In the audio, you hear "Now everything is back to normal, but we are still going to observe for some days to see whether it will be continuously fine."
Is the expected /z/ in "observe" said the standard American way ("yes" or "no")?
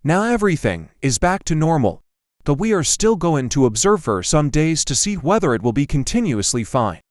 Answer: yes